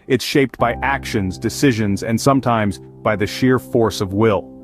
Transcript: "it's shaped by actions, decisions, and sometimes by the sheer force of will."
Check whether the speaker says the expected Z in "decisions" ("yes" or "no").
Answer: yes